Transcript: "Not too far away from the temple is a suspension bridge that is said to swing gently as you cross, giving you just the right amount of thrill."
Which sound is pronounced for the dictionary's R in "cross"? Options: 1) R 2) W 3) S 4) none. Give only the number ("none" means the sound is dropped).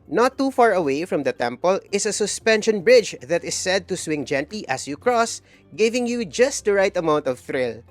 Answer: 1